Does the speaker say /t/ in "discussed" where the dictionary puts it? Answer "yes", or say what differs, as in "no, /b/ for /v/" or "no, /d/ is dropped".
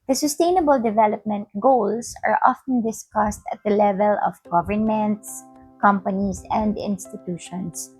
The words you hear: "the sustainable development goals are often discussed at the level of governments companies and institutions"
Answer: yes